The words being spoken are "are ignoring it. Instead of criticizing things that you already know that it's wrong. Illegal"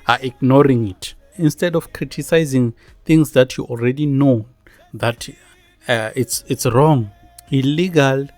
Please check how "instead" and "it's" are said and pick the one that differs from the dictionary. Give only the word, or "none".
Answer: none